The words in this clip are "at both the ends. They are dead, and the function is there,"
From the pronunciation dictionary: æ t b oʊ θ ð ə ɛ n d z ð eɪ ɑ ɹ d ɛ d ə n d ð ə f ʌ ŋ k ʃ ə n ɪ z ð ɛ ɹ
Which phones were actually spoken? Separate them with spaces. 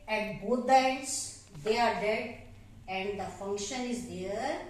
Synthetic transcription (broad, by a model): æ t b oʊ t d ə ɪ d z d eɪ ɑ ɹ d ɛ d ə n d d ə f ʌ ŋ k ʃ ə n ɪ z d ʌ ɹ